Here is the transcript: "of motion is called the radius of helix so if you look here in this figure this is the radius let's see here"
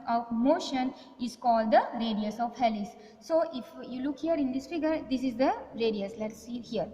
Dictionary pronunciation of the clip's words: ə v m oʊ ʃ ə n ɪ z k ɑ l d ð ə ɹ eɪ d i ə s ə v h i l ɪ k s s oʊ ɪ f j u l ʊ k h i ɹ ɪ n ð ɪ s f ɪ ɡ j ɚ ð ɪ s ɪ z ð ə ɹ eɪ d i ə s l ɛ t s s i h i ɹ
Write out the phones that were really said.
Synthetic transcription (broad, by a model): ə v m oʊ ʃ ə n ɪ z k ɑ l d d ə ɹ eɪ d i ə s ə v h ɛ l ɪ s s oʊ ɪ f j u l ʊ k h i ɹ ɪ n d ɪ s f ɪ ɡ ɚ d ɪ s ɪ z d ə ɹ eɪ d i ə s l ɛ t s s i h i ɹ